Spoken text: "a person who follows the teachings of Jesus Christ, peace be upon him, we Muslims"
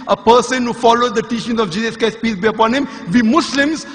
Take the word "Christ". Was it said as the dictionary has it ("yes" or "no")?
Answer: no